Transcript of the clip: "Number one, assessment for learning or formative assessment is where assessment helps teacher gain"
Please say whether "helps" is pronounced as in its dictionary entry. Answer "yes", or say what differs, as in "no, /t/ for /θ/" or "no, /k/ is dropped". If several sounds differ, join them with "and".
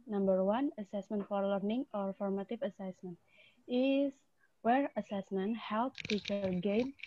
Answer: no, /s/ is dropped